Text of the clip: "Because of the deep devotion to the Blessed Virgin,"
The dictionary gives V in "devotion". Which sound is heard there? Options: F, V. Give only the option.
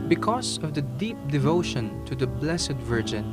V